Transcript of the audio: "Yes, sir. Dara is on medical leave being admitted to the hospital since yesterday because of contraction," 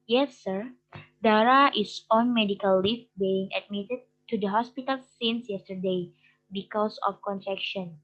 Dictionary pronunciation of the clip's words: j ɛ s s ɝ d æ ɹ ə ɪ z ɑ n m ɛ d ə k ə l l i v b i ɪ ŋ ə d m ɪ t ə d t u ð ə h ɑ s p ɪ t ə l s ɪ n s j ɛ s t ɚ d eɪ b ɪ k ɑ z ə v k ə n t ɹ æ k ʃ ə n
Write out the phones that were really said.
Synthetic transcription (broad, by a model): j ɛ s s ɝ d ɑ ɹ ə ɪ s ɑ n m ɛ d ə k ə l l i f b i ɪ ŋ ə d m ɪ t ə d t u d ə h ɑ s p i t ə l s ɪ n s j ɛ s t ɚ d eɪ b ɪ k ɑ s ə f k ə n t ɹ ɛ k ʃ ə n